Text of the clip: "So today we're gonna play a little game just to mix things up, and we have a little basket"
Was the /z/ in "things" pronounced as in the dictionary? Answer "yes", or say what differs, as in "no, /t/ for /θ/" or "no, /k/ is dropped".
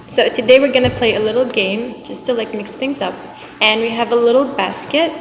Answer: yes